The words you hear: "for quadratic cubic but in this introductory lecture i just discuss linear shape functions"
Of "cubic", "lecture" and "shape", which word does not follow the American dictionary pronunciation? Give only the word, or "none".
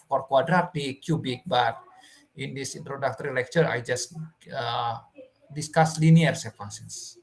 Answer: shape